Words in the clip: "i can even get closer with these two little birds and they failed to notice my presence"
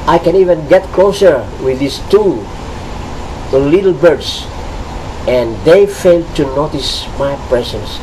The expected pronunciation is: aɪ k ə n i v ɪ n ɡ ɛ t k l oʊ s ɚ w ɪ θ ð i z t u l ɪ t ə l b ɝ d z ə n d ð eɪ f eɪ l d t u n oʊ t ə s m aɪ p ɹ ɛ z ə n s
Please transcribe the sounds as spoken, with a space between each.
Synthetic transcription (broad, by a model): aɪ k ə n i v ɪ n ɡ ɛ t k l oʊ s ɚ w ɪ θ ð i s t u l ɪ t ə l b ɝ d s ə n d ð eɪ f eɪ l d t u n oʊ t ə s m aɪ p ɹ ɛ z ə n s